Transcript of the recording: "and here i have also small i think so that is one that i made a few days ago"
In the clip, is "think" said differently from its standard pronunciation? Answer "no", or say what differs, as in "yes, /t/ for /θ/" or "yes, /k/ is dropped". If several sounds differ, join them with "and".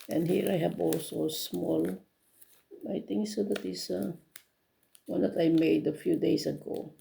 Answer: yes, /t/ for /θ/